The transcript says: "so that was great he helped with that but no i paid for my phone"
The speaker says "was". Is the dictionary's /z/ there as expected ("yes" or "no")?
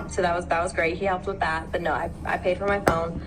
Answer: yes